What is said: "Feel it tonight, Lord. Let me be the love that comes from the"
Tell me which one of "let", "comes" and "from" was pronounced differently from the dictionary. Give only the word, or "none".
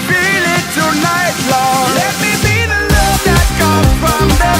comes